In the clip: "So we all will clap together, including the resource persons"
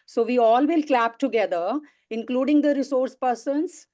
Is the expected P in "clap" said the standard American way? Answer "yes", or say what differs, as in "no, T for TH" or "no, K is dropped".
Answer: yes